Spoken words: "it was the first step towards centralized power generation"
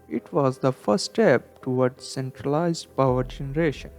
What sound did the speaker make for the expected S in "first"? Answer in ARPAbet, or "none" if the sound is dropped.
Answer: none